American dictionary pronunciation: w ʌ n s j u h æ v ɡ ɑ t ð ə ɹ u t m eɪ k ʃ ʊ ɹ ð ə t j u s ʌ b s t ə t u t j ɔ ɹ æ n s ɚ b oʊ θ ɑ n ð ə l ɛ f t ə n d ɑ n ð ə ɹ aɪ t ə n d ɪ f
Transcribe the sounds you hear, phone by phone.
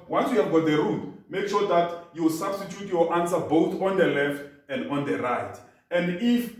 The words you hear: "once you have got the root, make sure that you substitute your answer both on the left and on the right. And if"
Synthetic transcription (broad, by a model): w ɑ n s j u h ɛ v ɡ ɑ t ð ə ɹ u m m eɪ k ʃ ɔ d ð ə t j u s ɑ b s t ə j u t j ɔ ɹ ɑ n s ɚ b oʊ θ ɑ n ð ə l ɛ f t ə n d ɑ n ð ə ɹ aɪ t ə n d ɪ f